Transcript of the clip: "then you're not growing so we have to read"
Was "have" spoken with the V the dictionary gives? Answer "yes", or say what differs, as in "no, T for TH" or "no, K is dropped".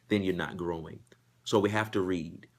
no, F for V